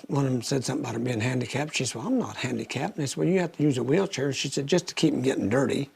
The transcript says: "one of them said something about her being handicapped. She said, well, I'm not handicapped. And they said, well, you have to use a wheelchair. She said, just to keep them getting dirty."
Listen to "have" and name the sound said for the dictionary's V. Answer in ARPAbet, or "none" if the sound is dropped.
F